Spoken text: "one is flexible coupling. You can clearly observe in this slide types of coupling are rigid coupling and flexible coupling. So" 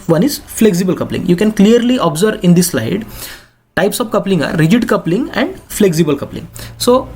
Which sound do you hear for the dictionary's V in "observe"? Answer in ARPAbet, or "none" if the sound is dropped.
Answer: V